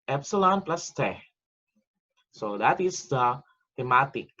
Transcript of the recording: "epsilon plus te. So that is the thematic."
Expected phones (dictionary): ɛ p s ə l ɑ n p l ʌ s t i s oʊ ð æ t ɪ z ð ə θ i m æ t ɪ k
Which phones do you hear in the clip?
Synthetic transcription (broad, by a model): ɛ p s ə l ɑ n p l ʌ s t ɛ s oʊ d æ t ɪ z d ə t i m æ t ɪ k